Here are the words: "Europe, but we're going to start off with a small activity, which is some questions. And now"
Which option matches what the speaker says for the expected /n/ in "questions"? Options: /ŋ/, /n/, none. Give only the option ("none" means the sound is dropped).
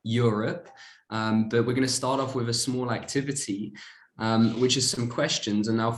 /n/